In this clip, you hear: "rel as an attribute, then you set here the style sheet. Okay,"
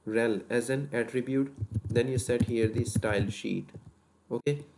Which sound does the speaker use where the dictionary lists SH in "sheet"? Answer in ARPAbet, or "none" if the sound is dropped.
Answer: SH